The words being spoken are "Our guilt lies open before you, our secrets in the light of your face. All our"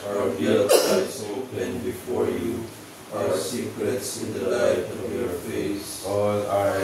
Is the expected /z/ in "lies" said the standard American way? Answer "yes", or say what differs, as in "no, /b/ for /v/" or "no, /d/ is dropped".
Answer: no, /s/ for /z/